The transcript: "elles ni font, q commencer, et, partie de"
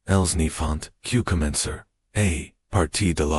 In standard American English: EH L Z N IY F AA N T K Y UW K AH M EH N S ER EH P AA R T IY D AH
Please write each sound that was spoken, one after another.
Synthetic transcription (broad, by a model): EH L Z N IY F AA N T K Y UW K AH M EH N S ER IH P AA R T IY D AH